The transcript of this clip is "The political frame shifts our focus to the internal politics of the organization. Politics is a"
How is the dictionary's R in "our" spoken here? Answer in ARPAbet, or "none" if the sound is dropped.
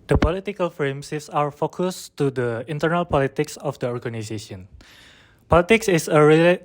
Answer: R